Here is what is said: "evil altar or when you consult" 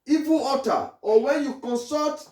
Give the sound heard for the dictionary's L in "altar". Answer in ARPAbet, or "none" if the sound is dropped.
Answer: none